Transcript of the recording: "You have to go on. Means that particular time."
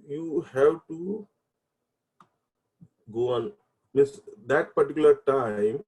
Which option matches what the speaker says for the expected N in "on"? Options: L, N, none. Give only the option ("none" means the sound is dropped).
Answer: N